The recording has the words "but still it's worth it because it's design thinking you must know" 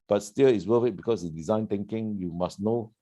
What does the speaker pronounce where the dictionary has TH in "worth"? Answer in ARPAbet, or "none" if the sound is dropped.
F